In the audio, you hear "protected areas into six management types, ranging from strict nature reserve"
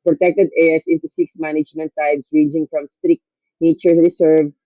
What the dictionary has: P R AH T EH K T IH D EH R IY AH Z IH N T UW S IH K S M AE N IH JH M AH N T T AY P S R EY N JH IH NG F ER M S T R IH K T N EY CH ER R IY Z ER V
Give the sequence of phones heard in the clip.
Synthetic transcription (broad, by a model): P R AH T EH K T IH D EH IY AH S IH N T UW S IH K S M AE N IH JH M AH N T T AY B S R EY JH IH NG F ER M S T R IH K T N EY CH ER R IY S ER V